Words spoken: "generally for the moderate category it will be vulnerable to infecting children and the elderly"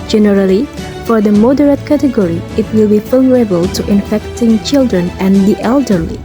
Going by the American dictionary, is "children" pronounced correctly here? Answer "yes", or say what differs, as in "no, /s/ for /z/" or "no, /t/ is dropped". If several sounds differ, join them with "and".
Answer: yes